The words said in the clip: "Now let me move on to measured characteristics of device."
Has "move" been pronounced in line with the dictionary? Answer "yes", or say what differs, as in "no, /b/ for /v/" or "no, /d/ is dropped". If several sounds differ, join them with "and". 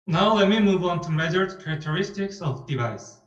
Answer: yes